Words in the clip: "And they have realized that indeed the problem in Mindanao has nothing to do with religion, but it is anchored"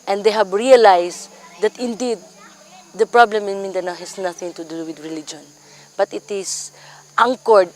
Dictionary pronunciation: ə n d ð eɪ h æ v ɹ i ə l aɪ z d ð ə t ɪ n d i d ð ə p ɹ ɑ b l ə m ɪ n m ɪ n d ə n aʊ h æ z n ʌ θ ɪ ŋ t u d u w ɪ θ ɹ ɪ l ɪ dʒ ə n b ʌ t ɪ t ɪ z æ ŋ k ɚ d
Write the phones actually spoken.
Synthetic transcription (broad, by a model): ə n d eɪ h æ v ɹ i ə l aɪ s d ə t ɪ n d i d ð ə p ɹ ɑ b l ə m ɪ n m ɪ n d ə n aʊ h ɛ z n ʌ θ ɪ ŋ t u d u w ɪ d ɹ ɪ l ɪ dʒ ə n b ʌ t ɪ t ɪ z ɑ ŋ k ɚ d